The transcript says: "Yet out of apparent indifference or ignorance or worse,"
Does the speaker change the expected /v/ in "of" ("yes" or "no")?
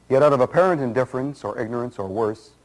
no